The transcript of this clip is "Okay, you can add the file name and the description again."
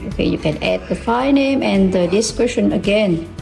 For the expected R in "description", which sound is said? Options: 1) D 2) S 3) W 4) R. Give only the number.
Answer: 3